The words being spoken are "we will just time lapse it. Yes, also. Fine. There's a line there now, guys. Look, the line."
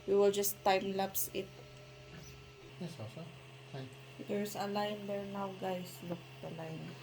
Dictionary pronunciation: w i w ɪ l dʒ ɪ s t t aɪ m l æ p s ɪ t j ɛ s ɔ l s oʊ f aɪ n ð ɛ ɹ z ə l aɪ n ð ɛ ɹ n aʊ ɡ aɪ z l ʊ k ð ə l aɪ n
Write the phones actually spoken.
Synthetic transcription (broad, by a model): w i w ɪ l dʒ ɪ s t t aɪ m l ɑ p s ɪ t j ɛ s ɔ s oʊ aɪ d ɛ ɹ s ə l aɪ n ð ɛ ɹ n aʊ ɡ aɪ s l ʊ k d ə l aɪ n